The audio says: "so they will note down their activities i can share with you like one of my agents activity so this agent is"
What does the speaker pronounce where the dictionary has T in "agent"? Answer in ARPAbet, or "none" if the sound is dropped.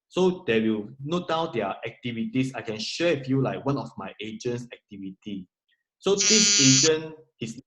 none